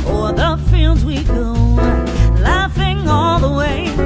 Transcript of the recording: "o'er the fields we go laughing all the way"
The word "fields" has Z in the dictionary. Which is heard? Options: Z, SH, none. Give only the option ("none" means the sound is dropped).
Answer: Z